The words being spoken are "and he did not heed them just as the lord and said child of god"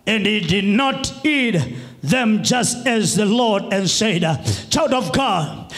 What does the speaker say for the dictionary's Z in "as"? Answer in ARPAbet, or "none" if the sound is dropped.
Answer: Z